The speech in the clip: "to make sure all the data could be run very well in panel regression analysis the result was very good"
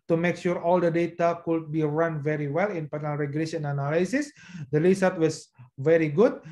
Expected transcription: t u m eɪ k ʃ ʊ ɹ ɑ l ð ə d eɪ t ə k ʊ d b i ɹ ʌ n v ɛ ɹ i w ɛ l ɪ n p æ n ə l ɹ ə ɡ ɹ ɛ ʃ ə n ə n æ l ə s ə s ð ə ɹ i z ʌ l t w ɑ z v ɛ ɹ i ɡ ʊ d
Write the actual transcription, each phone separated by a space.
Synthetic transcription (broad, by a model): t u m eɪ k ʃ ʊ ɹ ɑ l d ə d eɪ t ə k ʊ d b i ɹ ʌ n v ɛ ɹ i w ɛ l ɪ n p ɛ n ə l ɹ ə ɡ l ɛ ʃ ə n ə n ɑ l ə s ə s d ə l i s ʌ t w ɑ s v ɛ ɹ i ɡ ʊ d